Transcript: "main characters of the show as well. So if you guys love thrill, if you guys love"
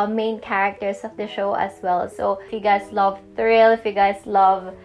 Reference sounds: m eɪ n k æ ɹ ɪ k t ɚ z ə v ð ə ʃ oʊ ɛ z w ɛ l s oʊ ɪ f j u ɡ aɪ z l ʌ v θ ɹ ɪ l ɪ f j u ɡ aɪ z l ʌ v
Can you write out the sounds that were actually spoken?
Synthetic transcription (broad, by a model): m eɪ n k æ ɹ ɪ k t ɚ s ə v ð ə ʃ oʊ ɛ s w ɛ l s oʊ ɪ f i ɡ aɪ s l ʌ v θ ɹ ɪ l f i ɡ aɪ s l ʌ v